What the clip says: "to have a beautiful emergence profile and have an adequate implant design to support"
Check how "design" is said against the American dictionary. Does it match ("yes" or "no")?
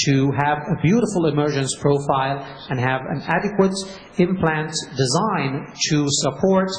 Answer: yes